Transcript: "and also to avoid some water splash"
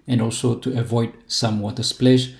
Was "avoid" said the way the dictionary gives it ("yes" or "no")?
yes